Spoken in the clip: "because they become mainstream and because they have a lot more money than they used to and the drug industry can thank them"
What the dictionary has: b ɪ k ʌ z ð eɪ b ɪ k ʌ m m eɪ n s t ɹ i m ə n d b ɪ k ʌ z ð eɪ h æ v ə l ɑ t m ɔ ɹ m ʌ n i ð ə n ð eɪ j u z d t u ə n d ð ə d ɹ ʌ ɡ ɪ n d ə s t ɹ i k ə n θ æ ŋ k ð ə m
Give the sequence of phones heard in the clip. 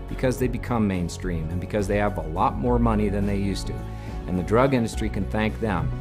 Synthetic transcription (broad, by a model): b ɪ k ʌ z ð eɪ b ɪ k ʌ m m eɪ n s t ɹ i m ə n b ɪ k ʌ z ð eɪ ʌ v ə l ɑ t m ɔ ɹ m ʌ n i ð ə n ð eɪ j u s t u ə n ð ə d ɹ ʌ ɡ ɪ n d ə s t ɹ i k ə n θ æ ŋ k ð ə m